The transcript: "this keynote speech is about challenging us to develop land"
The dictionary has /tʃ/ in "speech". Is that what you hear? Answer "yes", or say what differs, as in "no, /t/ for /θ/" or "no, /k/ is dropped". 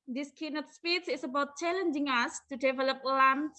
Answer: no, /s/ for /tʃ/